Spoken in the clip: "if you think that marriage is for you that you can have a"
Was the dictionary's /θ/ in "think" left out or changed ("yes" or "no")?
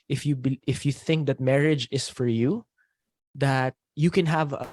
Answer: no